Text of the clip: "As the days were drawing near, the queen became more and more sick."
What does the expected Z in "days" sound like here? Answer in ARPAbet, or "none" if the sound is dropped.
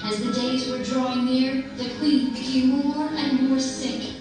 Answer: Z